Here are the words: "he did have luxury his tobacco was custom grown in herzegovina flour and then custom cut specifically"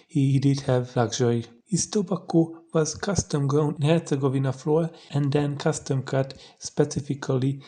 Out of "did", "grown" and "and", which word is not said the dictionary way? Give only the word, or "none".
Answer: grown